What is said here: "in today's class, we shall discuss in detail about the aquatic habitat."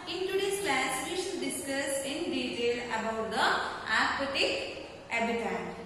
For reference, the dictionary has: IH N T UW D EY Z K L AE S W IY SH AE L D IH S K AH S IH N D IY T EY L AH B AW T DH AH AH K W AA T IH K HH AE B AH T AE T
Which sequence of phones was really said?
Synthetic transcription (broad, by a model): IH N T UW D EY S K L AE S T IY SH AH N D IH S K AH S IH N D IY T EY L AH B AW T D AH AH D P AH T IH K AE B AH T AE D